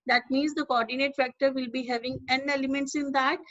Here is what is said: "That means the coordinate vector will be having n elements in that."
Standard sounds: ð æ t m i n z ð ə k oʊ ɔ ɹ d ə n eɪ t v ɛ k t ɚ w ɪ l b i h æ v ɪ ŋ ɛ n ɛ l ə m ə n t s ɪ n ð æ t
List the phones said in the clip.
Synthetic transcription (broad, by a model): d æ t m i n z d ə k oʊ ɔ ɹ d ə n eɪ t f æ k t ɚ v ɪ l b i h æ v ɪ ŋ ɛ n ɛ l ə m ə n t s ɪ n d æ t